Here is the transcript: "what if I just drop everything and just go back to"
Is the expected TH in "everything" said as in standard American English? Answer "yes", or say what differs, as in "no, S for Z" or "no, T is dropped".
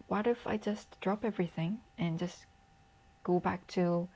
yes